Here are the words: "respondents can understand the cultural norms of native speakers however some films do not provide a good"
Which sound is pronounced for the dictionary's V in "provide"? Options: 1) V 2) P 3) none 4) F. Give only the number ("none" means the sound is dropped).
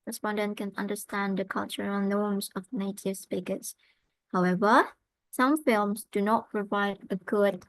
1